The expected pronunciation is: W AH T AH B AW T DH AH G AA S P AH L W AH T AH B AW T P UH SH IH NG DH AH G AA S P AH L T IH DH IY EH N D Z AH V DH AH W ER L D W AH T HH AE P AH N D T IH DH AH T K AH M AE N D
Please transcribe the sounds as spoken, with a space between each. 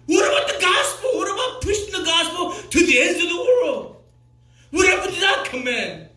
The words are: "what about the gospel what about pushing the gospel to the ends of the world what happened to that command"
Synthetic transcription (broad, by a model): W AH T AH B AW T DH AH G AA S P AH L W AH T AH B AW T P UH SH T DH AH G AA S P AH L T IH DH IY EH N D Z AH V DH AH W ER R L W AH T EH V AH D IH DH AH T K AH M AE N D